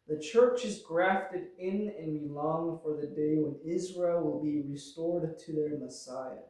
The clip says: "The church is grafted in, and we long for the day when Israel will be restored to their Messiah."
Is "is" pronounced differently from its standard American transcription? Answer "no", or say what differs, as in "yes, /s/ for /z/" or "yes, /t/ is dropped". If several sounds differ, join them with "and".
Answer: no